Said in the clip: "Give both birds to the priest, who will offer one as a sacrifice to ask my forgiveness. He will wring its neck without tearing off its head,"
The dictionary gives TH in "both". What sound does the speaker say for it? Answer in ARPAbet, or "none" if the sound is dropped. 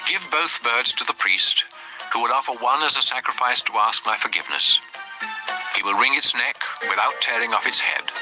TH